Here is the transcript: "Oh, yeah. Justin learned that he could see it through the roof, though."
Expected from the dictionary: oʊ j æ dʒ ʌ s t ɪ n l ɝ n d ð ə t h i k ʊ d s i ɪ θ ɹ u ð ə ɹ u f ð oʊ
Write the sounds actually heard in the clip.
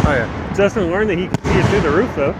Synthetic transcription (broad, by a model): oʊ j æ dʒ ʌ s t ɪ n l ɝ n ð ə t h i k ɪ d s i ɪ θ u ð ə ɹ u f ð oʊ